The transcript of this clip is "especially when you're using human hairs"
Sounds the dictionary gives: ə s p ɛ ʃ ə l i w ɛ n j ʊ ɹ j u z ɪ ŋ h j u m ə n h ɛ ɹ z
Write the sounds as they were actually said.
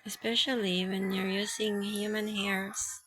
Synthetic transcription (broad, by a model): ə s p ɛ ʃ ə l i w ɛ n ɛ ɹ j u s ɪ ŋ h j u m ə n h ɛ ɹ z